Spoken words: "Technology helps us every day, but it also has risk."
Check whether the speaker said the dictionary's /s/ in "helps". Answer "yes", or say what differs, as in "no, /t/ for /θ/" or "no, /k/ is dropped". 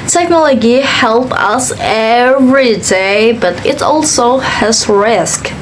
no, /s/ is dropped